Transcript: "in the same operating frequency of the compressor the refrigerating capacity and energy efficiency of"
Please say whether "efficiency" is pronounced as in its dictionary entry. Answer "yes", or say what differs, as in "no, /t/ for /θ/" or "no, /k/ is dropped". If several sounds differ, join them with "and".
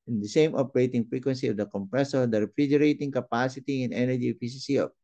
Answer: no, /s/ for /ʃ/ and /n/ is dropped